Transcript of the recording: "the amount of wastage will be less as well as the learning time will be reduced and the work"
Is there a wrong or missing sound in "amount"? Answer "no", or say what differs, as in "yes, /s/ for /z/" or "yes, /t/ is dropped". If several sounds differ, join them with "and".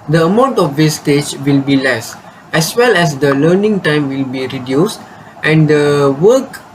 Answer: no